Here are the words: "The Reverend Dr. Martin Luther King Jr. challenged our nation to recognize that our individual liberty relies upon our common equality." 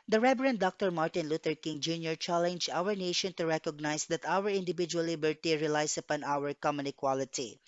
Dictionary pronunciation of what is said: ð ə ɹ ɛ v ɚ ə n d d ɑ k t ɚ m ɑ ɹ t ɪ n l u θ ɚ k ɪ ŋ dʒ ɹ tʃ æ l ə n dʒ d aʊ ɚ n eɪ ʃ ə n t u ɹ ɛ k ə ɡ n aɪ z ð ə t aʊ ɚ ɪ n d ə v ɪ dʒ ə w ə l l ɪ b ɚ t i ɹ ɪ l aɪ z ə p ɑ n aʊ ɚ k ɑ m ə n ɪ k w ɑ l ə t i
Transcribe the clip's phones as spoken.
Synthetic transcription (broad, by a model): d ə ɹ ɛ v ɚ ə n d d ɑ k t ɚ m ɑ ɹ t ɪ n l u t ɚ k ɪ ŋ dʒ ɹ tʃ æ l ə n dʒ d aʊ ɚ n eɪ ʃ ə n t u ɹ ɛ k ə ɡ n aɪ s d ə t aʊ ɚ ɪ n d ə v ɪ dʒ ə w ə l l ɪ b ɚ t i ɹ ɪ l aɪ s ə p ɑ n aʊ ɚ k ɑ m ə n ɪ k w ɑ l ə t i